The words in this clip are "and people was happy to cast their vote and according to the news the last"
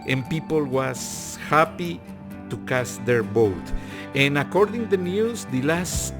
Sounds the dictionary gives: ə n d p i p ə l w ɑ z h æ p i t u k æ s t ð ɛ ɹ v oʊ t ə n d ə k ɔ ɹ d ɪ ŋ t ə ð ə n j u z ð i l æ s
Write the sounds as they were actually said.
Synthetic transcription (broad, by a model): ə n p i p ə l w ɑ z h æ p i t u k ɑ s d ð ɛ ɹ b oʊ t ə n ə k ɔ ɹ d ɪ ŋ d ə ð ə n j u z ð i l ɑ s